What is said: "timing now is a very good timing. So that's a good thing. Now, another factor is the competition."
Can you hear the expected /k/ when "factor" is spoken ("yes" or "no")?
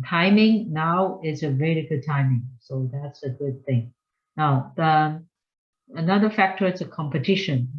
yes